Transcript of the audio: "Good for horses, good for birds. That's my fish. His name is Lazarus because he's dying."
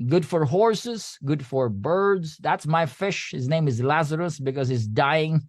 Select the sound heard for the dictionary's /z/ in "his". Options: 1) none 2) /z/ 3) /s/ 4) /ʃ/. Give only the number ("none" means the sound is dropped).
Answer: 2